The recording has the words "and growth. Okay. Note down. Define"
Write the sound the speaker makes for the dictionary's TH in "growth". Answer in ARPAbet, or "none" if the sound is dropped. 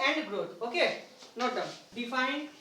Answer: T